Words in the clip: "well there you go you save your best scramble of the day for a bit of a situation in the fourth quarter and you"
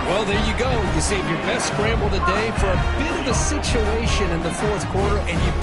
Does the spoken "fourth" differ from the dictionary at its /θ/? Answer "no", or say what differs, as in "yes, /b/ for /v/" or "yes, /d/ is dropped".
no